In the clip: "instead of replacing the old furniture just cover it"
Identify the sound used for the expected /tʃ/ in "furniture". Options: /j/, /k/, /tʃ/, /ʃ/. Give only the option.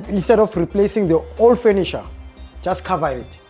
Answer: /ʃ/